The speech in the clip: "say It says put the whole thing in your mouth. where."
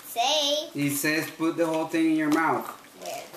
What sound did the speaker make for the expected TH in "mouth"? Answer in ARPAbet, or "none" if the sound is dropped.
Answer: TH